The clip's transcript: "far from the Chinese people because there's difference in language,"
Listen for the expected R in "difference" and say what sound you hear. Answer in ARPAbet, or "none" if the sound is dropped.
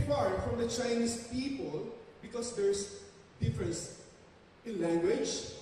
R